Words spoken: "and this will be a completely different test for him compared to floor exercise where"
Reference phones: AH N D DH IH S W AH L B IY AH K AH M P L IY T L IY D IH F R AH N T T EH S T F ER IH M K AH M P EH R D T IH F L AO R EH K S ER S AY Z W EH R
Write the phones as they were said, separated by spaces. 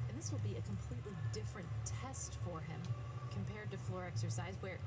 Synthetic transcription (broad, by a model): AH N DH IH S W AH L B IY AH K AH M P L IY T L IY D IH F R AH N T T EH S T F ER IH M K AH M P EH R D T IH F L AO R EH K S ER S AY Z W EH R